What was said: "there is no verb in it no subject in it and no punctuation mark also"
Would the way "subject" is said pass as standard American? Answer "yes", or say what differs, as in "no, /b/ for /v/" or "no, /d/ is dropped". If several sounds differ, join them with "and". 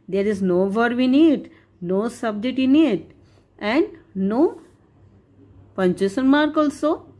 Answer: no, /k/ is dropped